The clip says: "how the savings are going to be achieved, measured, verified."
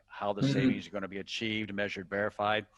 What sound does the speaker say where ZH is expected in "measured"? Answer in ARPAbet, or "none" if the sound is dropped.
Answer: ZH